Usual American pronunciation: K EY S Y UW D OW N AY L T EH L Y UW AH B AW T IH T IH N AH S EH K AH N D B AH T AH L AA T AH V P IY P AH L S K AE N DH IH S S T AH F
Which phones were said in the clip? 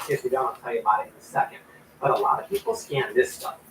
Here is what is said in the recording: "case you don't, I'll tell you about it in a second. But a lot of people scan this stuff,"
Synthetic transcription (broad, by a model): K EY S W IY D OW N T EH L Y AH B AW IH T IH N AH S EH K AH N D B AH T AH L AA T AH V P IY P L S K AE N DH IH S S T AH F